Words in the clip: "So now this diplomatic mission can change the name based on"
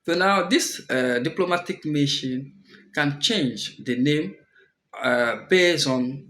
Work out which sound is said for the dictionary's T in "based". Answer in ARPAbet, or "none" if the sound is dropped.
none